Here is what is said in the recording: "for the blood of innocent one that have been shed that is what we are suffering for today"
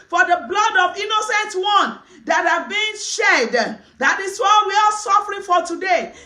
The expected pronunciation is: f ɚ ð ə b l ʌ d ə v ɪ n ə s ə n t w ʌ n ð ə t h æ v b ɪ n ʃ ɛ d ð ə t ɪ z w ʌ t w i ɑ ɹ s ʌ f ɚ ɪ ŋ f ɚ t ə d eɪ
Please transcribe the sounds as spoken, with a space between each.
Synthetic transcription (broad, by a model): f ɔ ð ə b l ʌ d ə v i n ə s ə n t w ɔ n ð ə t h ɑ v b ɪ n ʃ ɛ d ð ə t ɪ s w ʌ w i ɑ l s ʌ f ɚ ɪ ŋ f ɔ t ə d eɪ